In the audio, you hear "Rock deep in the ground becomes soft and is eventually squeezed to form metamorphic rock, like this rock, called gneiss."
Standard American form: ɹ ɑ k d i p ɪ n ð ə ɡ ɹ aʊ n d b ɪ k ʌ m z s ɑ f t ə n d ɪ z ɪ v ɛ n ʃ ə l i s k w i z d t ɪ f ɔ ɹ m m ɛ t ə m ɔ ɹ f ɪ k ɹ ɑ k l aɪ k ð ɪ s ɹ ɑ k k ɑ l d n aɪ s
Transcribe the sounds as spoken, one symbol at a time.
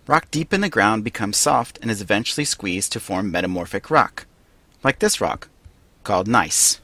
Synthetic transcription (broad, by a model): ɹ ɑ k d i p ɪ n ð ə ɡ ɹ aʊ n b ɪ k ʌ m z s ɑ f t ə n ɪ z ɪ v ɛ n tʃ l i s k w i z t ɪ f ɔ ɹ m m ɛ t ə m ɔ ɹ f ɪ k ɹ ɑ k l aɪ k ð ɪ s ɹ ɑ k k ɑ l d n aɪ s